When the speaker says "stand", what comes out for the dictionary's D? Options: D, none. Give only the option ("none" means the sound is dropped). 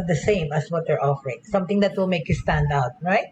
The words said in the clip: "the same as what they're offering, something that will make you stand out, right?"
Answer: D